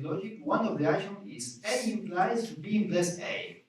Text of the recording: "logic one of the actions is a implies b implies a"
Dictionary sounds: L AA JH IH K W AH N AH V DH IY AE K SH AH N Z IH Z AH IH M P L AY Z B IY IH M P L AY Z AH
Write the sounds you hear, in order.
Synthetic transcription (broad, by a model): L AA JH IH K W AH N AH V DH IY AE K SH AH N IH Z AH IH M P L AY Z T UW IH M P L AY S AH